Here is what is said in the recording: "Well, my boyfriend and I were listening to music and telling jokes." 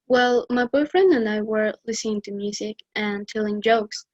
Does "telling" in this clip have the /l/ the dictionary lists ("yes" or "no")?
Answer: yes